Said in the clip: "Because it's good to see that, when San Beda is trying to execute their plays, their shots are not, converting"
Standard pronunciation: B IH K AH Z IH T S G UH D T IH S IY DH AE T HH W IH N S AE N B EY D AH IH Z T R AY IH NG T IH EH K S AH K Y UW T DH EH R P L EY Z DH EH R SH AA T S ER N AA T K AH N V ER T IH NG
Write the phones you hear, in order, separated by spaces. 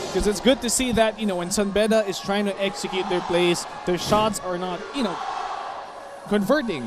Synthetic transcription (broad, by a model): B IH K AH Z IH T S G UH D T IH S IY DH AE T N W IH N S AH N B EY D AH IH Z T R AY IH NG T IH EH K S AH K Y UW T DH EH R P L EY S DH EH R SH AA T S ER N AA T K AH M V ER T IH NG